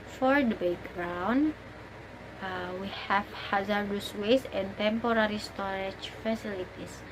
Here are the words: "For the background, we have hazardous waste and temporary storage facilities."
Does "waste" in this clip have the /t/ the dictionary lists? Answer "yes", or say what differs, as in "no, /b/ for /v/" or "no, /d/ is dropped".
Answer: no, /t/ is dropped